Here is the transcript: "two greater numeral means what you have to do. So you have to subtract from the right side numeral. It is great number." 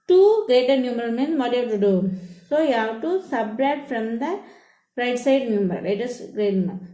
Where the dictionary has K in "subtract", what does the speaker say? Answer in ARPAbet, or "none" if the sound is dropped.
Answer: none